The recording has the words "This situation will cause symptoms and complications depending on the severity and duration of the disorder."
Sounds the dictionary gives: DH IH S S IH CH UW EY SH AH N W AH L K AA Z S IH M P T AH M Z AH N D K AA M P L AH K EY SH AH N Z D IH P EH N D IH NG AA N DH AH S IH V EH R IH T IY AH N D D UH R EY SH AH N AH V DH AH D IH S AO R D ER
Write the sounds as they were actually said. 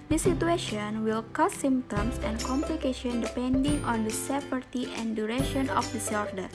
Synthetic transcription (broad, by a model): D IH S S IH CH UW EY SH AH N W AH L K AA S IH M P T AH M S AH N K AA M P L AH K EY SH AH N D IH P EH N D IH NG AA N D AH S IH P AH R T IY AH N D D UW R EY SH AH N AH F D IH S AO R D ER